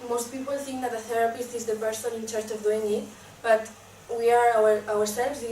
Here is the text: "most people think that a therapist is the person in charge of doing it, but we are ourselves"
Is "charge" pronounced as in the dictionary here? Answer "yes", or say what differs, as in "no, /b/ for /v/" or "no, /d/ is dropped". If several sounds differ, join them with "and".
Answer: no, /tʃ/ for /dʒ/